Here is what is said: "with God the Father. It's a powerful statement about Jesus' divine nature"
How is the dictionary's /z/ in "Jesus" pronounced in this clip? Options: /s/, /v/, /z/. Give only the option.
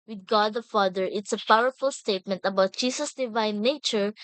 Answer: /s/